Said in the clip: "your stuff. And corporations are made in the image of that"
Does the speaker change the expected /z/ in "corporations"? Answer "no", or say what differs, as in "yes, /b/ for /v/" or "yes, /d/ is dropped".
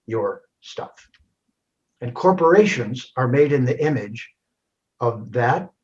no